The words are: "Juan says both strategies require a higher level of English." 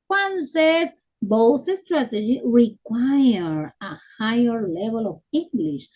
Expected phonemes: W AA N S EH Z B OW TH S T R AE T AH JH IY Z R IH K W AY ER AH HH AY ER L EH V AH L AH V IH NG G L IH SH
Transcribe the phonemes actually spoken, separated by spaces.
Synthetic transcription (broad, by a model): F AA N S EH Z B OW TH S T R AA T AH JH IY R IH K W AY ER AH HH AY ER L EH V AH L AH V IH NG G L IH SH